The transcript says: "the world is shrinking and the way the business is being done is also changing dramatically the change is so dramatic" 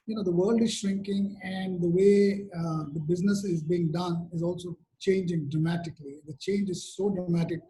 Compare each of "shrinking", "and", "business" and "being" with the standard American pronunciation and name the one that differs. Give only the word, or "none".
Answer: none